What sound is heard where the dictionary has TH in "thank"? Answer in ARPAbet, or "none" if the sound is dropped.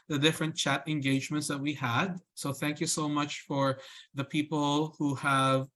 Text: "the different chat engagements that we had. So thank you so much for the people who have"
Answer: TH